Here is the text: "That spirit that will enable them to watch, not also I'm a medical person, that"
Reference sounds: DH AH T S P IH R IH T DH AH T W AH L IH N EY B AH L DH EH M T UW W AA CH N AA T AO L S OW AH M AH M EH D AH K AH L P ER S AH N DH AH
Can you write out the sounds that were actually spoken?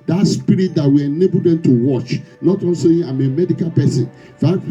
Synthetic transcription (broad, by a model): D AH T S P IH R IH T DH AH T W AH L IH N EY B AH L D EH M T UW W AA CH N AA T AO N S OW AH M AH M EH D AH K AH L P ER S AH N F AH